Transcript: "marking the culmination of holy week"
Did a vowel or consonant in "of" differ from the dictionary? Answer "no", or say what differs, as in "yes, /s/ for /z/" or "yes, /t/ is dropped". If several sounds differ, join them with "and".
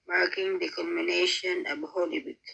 yes, /b/ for /v/